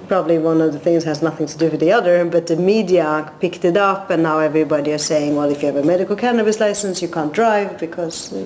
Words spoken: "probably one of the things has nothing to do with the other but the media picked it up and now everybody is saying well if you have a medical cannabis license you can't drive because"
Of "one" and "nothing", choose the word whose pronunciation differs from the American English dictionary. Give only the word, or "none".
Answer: none